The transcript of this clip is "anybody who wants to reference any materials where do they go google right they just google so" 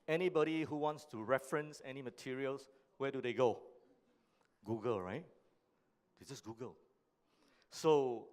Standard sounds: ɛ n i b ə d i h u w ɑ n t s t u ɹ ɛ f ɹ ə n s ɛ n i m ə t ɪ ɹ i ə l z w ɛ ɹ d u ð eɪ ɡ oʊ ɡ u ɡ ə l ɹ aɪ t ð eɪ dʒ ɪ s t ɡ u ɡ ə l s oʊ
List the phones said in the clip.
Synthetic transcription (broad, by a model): ɛ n i b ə d i h u w ɑ n t s t u ɹ ɛ f ɹ ə n s ɛ n i m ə t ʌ ɹ i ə l s w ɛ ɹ d u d eɪ ɡ oʊ ɡ u ɡ ə l ɹ aɪ t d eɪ dʒ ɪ s ɡ u ɡ ə l s oʊ